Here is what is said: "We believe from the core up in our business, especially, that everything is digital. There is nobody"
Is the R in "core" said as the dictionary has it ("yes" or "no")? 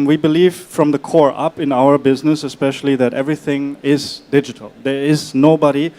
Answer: yes